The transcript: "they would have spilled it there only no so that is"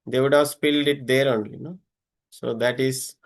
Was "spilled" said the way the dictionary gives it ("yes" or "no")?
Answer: yes